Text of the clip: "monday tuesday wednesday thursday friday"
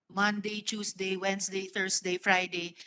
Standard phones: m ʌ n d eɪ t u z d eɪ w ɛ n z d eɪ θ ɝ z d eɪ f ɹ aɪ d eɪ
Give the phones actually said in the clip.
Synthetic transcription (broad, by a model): m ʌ n d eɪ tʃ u s d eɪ w ɛ n s d eɪ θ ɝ s d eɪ f ɹ aɪ d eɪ